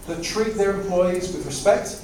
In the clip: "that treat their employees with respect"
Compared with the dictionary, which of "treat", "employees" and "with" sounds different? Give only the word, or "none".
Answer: none